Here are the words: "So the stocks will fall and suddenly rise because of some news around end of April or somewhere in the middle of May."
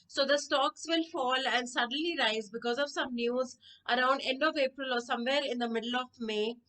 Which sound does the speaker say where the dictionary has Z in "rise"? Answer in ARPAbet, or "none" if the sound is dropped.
Z